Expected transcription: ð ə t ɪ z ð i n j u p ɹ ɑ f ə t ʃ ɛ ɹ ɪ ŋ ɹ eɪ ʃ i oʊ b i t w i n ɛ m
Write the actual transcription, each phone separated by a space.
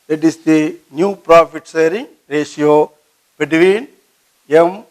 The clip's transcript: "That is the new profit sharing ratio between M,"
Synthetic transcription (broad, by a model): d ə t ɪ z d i n j u p ɹ ɑ f ə t s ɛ ɹ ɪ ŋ ɹ eɪ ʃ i oʊ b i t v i n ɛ m